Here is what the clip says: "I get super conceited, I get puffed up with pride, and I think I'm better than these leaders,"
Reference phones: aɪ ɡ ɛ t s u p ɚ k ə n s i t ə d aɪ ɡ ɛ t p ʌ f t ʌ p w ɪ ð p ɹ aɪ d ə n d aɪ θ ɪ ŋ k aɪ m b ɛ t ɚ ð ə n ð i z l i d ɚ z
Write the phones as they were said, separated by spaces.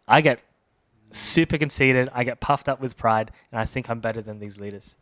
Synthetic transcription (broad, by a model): aɪ ɡ ɛ t s u p ɚ k n s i t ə d aɪ ɡ ɛ t p ʌ f t ʌ p w ɪ ð p ɹ aɪ d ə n aɪ θ ɪ ŋ k aɪ m b ɛ t ɚ ð ə n ð i z l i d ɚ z